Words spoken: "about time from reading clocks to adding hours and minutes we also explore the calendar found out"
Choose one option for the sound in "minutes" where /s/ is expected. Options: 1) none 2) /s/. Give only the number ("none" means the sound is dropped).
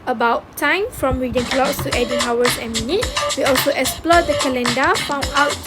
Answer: 1